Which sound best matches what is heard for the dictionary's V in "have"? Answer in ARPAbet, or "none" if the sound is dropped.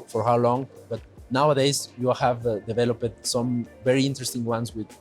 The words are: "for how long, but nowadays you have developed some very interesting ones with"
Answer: V